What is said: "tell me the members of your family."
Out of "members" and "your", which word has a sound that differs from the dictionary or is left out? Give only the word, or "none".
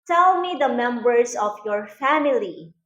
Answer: members